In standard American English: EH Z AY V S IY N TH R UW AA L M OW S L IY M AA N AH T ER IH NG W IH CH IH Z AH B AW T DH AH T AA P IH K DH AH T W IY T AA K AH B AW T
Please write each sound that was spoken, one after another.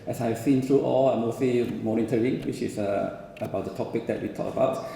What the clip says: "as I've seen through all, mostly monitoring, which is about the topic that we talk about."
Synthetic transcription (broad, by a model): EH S AY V S IY N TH R UW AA L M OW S IY M AA N AH T ER IH NG W IH CH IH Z AH B AW T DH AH T AA P IH K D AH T W IY T AA K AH B AW T